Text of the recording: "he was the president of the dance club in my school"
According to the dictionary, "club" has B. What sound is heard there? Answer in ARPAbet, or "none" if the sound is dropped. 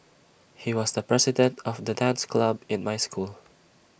B